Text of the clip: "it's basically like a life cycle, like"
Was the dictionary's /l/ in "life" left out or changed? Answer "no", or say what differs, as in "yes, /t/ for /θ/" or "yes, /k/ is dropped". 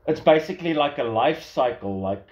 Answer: no